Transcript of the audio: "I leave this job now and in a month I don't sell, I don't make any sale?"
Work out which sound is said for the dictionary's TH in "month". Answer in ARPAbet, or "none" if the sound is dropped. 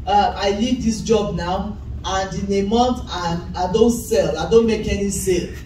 T